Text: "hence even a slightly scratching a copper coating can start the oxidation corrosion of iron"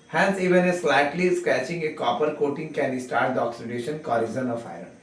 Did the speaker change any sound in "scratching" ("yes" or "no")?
yes